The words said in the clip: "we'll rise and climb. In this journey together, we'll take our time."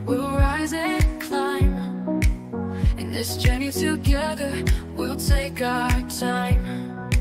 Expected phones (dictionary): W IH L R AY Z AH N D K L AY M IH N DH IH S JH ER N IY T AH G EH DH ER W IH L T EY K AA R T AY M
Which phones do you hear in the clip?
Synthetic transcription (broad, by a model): W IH L R AY Z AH K L AY M IH N DH IH S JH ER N IY T AH G EH DH ER W IH L T EY K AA T AY M